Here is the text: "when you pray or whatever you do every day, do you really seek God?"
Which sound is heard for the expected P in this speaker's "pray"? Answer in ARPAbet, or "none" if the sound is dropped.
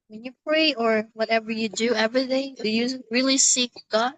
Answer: P